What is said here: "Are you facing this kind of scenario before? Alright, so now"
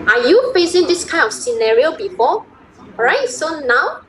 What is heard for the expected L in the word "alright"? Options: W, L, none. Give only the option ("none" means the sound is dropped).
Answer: none